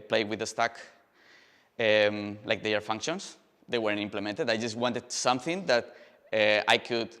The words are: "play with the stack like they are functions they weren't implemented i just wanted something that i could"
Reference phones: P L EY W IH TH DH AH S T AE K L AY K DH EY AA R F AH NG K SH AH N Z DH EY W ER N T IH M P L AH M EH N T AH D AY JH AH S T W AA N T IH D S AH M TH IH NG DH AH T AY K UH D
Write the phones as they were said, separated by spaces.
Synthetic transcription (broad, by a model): P L EY W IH DH AH S T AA K L AY K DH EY AA R F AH NG K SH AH N S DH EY W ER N IH M P L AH M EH N T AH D AY JH AH S T W AA N T IH D S AH M TH IH NG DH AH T AY K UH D